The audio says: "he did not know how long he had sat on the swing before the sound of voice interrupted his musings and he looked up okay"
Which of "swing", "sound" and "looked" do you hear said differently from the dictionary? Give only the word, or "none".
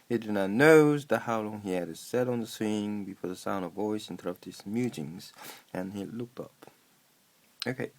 none